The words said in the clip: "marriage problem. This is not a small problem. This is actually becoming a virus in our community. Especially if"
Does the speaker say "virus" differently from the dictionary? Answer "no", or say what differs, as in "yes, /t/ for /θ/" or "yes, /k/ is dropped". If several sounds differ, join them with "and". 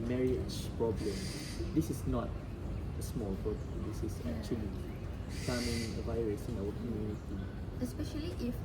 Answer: no